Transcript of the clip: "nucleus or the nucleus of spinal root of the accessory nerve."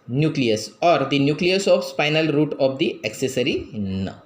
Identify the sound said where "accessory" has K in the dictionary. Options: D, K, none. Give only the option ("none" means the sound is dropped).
K